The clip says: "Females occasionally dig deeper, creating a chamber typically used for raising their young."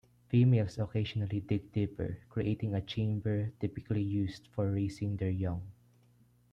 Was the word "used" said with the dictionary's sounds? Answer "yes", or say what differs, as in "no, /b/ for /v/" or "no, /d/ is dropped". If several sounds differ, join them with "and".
no, /s/ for /z/